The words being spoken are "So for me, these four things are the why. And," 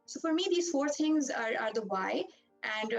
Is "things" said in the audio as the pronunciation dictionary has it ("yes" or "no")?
no